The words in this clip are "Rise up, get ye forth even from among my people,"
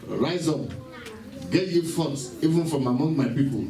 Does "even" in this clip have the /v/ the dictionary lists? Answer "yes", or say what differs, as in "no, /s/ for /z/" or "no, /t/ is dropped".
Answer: yes